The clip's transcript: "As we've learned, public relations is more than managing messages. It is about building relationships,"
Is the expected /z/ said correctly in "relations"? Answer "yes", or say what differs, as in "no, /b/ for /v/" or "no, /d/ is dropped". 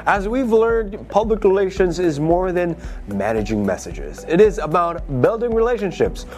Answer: yes